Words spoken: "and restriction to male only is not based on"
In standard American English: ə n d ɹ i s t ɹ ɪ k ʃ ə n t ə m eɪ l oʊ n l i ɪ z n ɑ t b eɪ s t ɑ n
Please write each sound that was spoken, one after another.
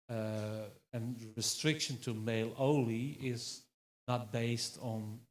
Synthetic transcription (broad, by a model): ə n ɹ i s t ɹ ɪ k ʃ ə n t ə m eɪ l oʊ l i ɪ z n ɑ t b eɪ s t n